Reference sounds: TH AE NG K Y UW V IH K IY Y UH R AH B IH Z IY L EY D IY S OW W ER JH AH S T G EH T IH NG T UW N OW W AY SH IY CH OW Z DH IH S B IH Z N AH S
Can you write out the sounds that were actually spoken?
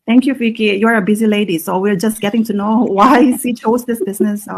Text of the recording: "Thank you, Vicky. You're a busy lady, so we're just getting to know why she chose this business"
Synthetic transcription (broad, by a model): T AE NG K Y UW F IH K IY Y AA R AH B IH Z IY L EY D IY S OW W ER JH AH S T G EH T IH NG T UW N OW W AY S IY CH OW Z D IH S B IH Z N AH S